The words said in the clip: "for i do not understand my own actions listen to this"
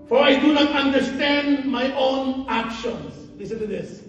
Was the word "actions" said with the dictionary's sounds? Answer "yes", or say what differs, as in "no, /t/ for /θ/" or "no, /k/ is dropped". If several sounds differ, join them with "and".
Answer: no, /s/ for /z/